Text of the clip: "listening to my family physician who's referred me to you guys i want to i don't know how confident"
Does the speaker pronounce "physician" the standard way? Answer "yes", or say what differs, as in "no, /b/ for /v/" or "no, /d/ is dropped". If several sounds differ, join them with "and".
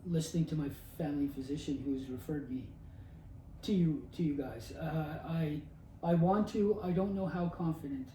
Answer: yes